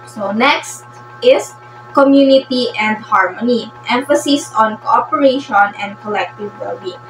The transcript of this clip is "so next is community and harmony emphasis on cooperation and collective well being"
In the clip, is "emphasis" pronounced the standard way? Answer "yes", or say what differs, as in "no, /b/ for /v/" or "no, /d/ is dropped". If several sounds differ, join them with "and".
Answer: yes